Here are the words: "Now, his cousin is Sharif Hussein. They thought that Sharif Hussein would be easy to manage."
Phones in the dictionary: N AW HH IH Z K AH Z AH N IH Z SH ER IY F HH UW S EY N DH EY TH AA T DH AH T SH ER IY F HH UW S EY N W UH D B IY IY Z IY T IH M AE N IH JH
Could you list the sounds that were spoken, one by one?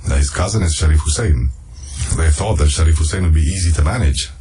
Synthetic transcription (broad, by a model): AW HH IH Z K AH Z AH N IH Z SH ER IY F HH UW S EY N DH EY TH AA T DH AH T SH ER IY F HH UW S EY N W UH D B IY IY Z IY T IH M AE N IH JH